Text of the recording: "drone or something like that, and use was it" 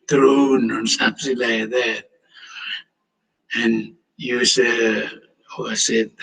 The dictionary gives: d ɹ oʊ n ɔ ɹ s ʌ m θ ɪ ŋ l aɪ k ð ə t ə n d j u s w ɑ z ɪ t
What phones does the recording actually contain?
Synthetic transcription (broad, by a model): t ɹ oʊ n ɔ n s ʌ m s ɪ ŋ l aɪ k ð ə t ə n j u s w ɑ s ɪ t